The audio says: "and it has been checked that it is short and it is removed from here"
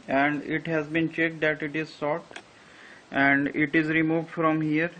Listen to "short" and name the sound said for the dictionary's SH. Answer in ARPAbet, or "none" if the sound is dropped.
S